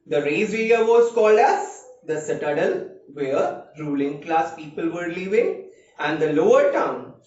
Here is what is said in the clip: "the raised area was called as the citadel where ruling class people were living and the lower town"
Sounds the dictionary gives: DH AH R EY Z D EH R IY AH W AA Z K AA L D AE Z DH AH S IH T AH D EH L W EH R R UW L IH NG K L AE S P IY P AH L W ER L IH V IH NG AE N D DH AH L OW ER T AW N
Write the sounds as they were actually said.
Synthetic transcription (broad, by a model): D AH R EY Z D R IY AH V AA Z K AA L D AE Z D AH S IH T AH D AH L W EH R R UW L IH NG K L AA S P IY P AH L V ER L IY V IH NG AE N D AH L OW ER T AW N